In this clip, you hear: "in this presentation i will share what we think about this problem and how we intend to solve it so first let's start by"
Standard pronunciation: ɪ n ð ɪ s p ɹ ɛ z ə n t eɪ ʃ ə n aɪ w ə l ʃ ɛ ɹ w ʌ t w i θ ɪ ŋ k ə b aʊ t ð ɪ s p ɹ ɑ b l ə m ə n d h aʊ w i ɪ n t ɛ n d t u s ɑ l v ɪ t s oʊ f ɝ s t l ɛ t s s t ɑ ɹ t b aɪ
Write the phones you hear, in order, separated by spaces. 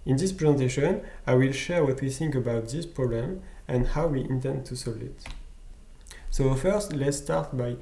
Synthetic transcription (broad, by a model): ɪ n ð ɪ s p ɹ ɛ z ə n t eɪ ʃ ə n aɪ w ə l ʃ ɛ ɹ w ʌ t w i θ ɪ ŋ k ə b aʊ t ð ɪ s p ɹ ɑ b l ə m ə n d h aʊ w i ɪ n t ɛ n d t u s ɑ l ɪ t s oʊ f ɝ s t l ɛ t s s t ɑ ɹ t b aɪ